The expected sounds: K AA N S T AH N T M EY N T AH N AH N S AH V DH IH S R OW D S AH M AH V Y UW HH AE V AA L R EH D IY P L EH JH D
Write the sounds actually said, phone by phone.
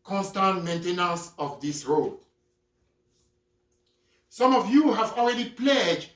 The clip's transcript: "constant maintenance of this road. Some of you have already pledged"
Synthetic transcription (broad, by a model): K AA N S T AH N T M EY N T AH N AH S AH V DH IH S R OW D S AH M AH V Y UW HH AE V AA L R EH D IY P L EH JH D